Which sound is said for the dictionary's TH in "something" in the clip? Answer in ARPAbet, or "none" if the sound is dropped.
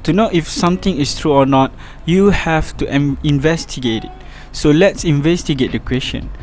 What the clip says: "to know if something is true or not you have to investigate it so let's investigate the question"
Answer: T